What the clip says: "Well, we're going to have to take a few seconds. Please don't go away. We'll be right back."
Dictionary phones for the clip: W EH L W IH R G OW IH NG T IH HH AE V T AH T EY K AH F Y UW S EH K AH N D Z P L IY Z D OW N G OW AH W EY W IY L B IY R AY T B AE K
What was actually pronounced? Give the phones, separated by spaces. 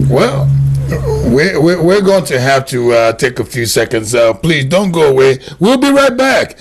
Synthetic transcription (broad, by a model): W EH L W IH R G OW IH NG T IH HH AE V T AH T EY K AH F Y UW S EH K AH N D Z P L IY Z D OW N G OW AH W EY W IY L B IY R AY T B AE K